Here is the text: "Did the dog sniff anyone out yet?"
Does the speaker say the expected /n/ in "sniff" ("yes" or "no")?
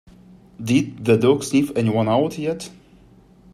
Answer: no